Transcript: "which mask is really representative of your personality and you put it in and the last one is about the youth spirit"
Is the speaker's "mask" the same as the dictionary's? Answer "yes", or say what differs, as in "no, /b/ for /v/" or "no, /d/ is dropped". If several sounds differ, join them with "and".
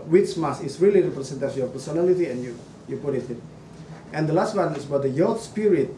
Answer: no, /k/ is dropped